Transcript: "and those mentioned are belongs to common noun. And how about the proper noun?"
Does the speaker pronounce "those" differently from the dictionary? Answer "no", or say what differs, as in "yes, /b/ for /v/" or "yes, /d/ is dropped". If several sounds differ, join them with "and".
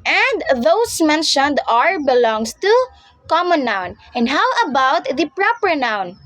yes, /s/ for /z/